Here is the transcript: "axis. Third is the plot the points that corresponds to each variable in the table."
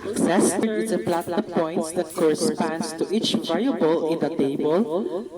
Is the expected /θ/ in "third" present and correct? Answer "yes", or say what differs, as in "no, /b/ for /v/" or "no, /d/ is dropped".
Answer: no, /f/ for /θ/